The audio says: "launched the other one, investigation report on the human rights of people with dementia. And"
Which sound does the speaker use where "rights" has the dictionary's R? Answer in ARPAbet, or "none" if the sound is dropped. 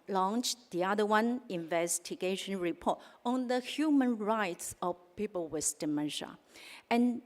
R